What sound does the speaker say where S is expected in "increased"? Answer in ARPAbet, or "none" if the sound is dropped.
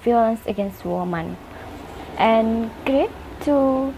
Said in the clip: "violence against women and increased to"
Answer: none